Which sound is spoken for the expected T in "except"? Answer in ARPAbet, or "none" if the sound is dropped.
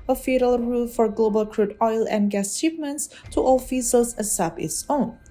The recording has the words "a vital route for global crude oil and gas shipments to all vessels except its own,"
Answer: none